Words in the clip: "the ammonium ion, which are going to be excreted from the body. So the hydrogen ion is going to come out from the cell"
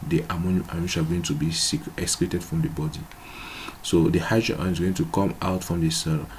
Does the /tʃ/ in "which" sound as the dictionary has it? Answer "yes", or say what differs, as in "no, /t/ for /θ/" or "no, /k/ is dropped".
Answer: no, /ʃ/ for /tʃ/